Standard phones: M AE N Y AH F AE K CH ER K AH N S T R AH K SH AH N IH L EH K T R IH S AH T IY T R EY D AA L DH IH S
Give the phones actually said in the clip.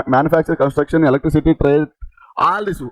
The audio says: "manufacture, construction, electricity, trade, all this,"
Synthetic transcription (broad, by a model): M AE N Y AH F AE K CH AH K AH N S T R AH K SH AH N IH L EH K T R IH S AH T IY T R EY AA L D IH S